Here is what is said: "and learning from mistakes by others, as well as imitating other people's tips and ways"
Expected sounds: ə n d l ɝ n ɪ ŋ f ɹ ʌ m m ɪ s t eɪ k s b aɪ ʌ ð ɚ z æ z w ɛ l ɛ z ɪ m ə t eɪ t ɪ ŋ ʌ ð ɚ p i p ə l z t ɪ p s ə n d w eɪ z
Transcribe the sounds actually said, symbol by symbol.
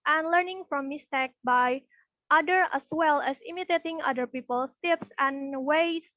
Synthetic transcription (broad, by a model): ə n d l ɝ n ɪ ŋ f ɹ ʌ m m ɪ s t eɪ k b aɪ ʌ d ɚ æ s w ɛ l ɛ s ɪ m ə t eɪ t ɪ ŋ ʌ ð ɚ p i p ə l t ɪ p s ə n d w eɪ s